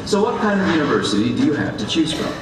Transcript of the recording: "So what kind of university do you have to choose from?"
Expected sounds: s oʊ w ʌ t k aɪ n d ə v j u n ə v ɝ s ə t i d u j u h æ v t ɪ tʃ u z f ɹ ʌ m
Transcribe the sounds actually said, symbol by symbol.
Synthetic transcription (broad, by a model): s oʊ w ʌ t k aɪ n d ə v j u n ə v ɝ s ə t i d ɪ j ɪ h æ v t ɪ tʃ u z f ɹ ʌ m